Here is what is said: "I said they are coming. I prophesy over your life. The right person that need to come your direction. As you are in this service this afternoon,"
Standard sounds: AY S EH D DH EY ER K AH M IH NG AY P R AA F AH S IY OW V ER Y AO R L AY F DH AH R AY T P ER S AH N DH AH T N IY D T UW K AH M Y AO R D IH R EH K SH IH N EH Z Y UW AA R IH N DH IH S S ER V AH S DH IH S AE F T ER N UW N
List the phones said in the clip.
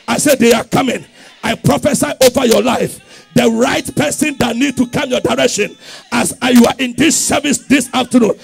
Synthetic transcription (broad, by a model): AY S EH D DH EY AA K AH M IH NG AY P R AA F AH S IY OW V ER Y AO L AY F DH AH R AY T P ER S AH N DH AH T N IY D T UW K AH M Y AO D IH R EH K SH IH N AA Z Y UW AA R IH N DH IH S S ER V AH S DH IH S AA F T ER N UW N